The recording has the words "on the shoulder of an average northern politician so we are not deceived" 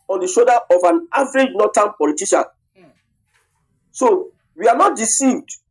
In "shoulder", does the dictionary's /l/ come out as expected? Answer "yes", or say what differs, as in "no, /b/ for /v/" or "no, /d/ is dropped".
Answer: no, /l/ is dropped